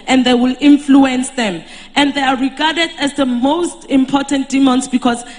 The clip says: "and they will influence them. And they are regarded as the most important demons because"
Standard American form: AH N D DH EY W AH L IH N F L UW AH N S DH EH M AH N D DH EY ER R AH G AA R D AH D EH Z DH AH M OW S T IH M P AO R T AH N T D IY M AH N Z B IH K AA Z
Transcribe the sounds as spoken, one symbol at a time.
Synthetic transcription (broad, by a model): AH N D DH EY W AH L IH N F L UW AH N S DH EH M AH N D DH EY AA R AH G AA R D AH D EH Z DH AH M OW S T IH M P AO T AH N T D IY M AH N S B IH K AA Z